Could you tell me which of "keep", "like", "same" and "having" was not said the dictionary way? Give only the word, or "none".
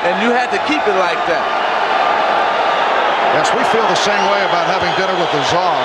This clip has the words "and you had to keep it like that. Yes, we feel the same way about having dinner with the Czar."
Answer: none